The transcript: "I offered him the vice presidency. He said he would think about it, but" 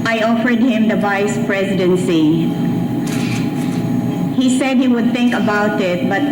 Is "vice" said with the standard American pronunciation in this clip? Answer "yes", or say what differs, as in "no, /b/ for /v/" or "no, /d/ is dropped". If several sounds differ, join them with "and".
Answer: yes